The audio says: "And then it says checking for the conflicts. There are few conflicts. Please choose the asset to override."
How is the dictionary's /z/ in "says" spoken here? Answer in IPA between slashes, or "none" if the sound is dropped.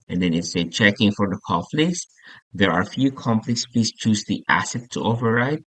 none